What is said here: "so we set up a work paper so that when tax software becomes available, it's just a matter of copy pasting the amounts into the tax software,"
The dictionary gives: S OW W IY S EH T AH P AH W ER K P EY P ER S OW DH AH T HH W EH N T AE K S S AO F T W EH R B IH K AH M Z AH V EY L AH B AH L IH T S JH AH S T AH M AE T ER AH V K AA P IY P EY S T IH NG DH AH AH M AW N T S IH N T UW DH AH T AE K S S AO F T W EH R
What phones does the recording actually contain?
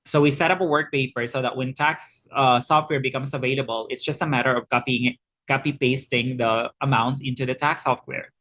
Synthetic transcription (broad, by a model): S OW W IY S EH T AH P AH W ER K P EY P ER S OW DH AH T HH W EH N T AE K S S AO F T W EH R B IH K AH M S AH V EY L AH B AH L IH T S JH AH S T AH M AE T ER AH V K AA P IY P EY S T IH NG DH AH AH M AW N T S IH N T UW DH AH T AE K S S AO F T W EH R